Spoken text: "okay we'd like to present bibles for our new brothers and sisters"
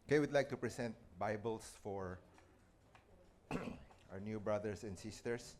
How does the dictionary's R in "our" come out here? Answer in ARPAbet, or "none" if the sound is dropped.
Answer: R